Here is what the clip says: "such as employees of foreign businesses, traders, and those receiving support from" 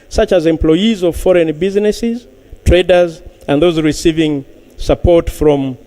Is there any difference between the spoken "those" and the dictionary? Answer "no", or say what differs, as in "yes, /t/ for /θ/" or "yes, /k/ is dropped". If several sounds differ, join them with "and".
no